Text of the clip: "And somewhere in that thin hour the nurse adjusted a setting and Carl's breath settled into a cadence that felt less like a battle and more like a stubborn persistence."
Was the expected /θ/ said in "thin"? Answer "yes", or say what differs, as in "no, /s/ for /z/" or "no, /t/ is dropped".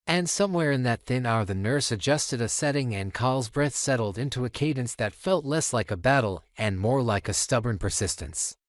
yes